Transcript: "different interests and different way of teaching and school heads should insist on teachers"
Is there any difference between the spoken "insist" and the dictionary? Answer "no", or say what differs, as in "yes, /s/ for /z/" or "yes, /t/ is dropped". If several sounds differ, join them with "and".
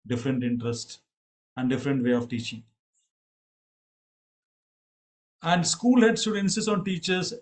yes, /t/ is dropped